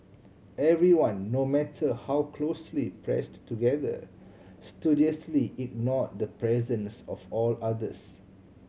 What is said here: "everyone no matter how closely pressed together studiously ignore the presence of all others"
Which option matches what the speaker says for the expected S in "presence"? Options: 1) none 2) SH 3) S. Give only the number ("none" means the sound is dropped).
3